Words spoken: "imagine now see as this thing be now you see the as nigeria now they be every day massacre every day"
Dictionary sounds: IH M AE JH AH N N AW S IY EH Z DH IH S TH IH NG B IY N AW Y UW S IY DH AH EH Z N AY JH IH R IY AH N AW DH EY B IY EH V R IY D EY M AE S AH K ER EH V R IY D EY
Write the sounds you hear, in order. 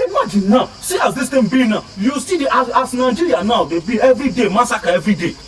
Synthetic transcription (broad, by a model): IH M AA JH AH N N AW S IY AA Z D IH S T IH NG B IY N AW Y UW S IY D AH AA S N AY JH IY R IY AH N AW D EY B IY EH V R IY D EY M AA S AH K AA EH V R IY D EY